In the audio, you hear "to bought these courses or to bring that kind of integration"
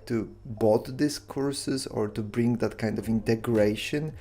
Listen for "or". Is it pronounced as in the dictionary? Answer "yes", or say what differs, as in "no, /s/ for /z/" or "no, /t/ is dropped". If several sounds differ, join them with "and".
yes